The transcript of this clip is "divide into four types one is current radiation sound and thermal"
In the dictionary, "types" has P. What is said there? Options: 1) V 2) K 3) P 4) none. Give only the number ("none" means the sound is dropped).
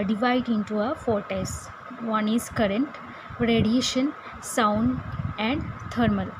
4